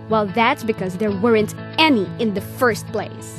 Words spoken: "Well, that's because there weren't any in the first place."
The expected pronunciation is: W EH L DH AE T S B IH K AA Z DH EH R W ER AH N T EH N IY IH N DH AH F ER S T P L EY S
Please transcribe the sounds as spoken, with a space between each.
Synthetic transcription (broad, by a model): W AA L DH AE T S B IH K AA Z DH EH R W ER AH N T EH N IY IH N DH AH F ER S T P L EY S